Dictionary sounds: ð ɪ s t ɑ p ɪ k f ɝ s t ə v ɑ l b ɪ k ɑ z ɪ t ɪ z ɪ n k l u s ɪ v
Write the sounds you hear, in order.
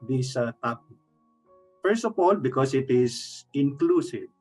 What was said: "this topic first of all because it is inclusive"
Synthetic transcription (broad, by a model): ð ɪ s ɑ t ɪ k f ɝ s t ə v ɑ l b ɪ k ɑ s ɪ t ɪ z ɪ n k l u s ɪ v